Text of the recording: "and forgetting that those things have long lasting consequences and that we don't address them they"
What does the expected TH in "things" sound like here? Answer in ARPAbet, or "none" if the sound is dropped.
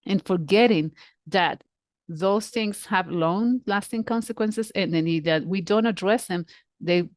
TH